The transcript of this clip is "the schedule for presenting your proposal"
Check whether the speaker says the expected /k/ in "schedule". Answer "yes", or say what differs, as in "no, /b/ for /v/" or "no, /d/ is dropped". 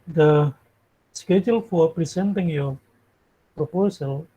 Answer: yes